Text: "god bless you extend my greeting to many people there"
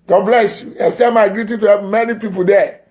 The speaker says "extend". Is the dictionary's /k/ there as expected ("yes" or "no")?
no